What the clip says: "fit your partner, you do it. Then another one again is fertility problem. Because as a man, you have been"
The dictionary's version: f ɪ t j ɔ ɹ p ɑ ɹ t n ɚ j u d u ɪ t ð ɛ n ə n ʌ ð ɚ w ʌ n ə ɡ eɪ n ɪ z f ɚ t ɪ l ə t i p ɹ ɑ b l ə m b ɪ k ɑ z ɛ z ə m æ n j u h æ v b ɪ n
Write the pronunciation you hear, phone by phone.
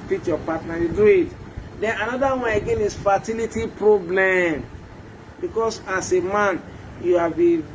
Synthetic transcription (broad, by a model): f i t j ɔ p ɑ t n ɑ j u d u ɪ t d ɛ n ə n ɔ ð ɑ w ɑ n ə ɡ eɪ n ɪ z f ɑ t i l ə t i p ɹ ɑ b l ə m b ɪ k ɑ s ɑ s ə m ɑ n j u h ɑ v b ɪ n